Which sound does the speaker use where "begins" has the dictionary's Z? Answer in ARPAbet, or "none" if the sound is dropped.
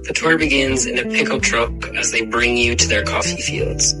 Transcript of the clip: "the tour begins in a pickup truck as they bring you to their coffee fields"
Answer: Z